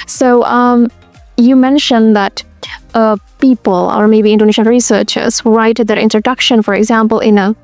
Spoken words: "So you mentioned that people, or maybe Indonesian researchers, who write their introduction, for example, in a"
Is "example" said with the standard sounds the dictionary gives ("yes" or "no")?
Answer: yes